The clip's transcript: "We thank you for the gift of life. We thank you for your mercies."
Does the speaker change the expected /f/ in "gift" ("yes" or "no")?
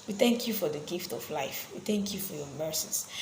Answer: no